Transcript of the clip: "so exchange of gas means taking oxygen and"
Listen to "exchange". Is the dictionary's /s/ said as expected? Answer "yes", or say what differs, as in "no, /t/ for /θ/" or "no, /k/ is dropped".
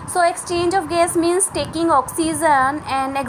yes